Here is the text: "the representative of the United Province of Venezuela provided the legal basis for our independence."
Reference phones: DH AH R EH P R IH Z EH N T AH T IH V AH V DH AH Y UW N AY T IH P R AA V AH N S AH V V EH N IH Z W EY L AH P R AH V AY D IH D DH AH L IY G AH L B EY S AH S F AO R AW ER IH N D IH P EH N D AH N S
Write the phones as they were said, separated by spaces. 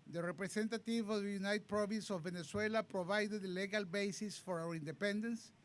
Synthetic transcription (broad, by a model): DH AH R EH P R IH S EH N T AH T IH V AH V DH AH Y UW N AY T P R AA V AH N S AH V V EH N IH S W EY L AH P R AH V AY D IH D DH L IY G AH L B EY S AH S F AO R AW ER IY N D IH P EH N D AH N S